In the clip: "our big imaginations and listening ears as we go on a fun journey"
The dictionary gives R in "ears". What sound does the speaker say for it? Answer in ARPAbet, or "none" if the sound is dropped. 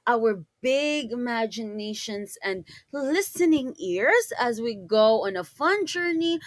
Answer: R